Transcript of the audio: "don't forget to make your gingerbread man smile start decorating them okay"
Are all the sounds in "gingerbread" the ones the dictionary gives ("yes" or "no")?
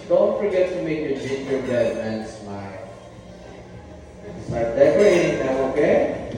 no